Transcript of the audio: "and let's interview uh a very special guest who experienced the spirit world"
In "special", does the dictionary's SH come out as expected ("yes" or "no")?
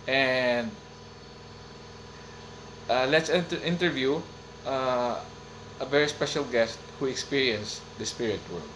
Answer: yes